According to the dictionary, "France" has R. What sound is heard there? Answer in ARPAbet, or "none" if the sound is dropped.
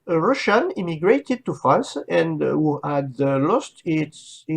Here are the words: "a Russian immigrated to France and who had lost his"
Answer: none